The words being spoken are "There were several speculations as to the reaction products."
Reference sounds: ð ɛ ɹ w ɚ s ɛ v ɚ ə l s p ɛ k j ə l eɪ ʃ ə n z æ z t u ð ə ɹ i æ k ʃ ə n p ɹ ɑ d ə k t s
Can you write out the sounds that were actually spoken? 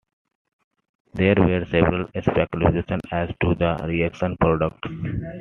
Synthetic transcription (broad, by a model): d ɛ ɹ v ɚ s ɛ v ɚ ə l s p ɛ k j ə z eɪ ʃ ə n æ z t u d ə ɹ i æ k ʃ ə n p ɹ ɑ d ə k t s